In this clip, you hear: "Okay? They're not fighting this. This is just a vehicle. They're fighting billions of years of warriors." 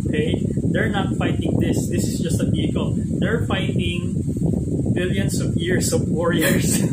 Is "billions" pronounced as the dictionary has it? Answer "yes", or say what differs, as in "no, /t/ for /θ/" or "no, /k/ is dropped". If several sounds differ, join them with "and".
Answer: no, /s/ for /z/